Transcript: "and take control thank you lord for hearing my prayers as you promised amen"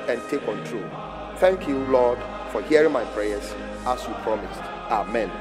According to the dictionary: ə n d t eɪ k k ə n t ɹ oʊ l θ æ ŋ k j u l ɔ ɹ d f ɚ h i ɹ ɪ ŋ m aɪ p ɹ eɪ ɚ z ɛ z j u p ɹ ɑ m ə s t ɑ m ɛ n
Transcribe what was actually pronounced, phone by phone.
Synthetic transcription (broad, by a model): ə n t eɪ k k ə n t ɹ oʊ l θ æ ŋ k j u l ɔ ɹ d f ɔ h i ɹ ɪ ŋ m aɪ p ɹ eɪ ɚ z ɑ s j u p ɹ ɑ m ə s t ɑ m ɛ n